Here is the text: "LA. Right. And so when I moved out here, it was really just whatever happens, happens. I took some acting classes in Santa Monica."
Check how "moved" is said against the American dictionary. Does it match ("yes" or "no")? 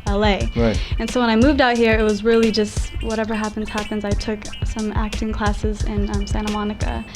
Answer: yes